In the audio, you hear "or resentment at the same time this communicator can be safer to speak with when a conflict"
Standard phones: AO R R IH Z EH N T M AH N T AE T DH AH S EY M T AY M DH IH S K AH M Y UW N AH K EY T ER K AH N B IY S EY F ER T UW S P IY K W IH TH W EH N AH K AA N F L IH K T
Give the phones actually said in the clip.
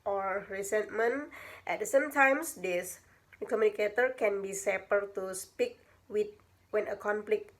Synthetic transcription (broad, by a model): AO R R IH S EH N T M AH N T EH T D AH S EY M T AY M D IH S K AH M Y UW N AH K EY T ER K AH N B IY S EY P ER T UW S P IY K W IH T W EH N AH K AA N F L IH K